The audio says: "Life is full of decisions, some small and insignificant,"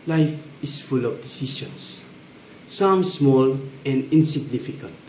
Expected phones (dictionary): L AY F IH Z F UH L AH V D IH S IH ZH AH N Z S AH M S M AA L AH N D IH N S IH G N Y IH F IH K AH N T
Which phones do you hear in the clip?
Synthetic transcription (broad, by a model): L AY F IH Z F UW L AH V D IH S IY SH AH N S S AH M S M AA L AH N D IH N S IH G N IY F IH K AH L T